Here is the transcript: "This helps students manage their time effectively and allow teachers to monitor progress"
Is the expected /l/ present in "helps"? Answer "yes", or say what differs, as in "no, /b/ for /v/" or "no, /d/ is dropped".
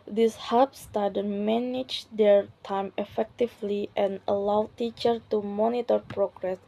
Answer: no, /l/ is dropped